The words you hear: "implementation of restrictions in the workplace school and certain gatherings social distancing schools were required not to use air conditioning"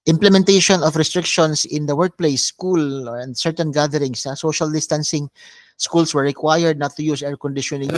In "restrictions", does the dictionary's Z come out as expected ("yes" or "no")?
no